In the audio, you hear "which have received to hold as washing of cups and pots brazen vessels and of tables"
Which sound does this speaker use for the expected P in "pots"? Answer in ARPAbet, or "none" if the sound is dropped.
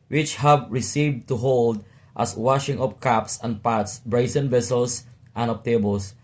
P